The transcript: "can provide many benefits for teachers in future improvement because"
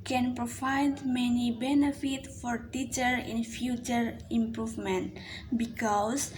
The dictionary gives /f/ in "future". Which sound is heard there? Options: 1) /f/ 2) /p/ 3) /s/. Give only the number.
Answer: 1